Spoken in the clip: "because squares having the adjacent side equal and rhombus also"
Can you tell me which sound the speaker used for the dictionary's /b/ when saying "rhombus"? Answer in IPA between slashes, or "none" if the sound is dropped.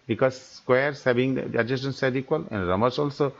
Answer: none